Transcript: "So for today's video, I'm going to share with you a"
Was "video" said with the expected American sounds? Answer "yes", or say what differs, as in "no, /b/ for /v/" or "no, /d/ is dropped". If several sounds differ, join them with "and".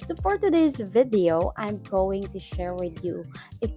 yes